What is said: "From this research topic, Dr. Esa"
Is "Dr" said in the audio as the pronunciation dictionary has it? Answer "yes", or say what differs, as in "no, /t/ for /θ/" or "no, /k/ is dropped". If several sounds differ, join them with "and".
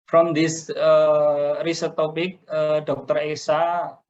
yes